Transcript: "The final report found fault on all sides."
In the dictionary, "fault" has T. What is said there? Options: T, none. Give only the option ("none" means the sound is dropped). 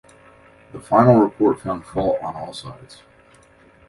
none